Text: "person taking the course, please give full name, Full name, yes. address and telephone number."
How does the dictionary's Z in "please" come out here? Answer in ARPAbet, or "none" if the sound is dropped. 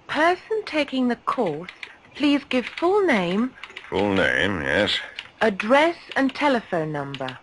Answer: Z